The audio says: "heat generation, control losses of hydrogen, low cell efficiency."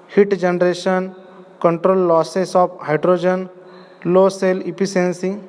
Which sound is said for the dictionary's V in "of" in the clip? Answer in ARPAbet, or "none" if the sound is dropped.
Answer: P